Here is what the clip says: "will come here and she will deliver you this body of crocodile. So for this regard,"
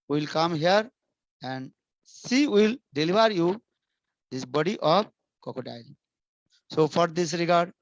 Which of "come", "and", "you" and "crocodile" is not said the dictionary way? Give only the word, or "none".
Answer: crocodile